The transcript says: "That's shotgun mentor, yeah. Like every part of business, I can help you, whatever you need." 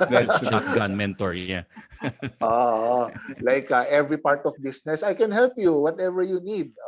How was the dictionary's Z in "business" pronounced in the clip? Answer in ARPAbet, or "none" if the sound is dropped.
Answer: S